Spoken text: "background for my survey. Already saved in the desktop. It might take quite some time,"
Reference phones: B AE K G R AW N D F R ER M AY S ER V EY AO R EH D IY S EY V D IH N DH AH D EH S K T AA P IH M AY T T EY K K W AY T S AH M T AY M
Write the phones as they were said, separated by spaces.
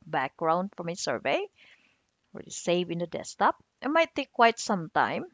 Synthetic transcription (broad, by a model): B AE K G R AW N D F R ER M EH S ER V EY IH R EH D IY S EY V IH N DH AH D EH S T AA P IH M AY T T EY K K W AY T S AH M T AY M